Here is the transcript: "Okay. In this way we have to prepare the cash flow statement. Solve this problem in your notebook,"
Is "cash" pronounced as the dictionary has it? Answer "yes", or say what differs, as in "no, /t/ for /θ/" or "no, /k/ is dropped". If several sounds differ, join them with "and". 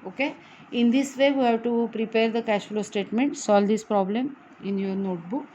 yes